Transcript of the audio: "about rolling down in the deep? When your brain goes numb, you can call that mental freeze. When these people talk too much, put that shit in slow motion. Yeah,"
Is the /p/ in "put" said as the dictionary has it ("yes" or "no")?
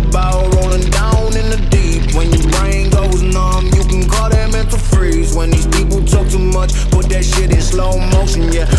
no